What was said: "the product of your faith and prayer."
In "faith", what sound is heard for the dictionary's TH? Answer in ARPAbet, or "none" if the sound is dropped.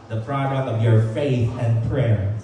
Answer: TH